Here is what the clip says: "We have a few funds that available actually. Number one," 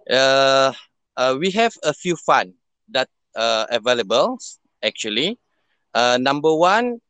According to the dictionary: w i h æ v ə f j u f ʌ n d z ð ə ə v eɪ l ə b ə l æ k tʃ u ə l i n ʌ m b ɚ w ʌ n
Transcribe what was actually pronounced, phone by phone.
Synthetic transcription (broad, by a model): w i h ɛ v ə f j u f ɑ n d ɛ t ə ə v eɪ l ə b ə l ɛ k tʃ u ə l i n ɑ m b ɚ w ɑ n